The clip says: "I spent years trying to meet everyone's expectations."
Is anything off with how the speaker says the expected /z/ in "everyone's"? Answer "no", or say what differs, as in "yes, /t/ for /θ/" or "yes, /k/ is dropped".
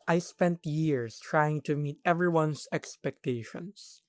yes, /s/ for /z/